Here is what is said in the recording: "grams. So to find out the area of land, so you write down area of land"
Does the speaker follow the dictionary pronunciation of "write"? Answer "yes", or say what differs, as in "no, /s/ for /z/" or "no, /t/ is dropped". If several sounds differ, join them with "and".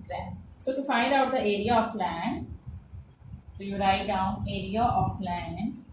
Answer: yes